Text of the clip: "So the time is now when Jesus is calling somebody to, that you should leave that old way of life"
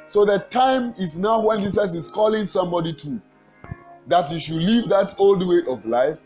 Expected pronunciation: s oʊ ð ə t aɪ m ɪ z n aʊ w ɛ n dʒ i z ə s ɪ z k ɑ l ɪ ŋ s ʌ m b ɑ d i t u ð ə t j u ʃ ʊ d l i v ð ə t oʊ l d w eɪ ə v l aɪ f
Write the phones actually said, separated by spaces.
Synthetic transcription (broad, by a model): s oʊ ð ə t aɪ m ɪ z n aʊ w ɛ n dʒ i s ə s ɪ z k ɑ l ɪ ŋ s ʌ m b ɑ d i t u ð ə t j u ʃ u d l i v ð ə t oʊ l d w eɪ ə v l aɪ f